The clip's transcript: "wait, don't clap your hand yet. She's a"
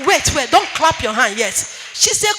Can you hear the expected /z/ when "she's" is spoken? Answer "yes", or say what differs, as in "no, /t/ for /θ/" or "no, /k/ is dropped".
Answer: no, /s/ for /z/